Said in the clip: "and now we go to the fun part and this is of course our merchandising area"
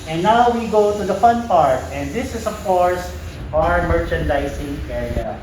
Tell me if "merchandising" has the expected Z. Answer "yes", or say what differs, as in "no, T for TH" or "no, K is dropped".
no, S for Z